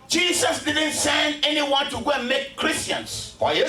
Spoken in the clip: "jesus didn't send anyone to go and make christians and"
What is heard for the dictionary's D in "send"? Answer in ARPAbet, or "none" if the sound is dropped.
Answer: none